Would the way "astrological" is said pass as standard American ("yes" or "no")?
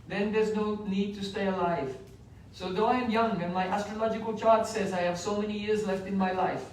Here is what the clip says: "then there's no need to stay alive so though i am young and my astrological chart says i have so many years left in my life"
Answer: yes